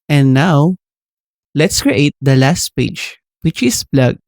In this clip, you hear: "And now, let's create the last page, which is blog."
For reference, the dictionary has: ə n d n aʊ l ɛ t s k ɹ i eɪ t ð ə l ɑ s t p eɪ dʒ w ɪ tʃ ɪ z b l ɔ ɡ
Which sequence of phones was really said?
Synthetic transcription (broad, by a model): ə n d n aʊ l ɛ t s k ɹ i eɪ t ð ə l ɑ s t p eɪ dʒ w ɪ tʃ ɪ s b l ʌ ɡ